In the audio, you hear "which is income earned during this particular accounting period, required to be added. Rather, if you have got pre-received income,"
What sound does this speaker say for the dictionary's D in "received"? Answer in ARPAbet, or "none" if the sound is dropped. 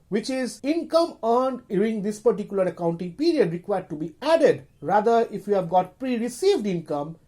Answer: D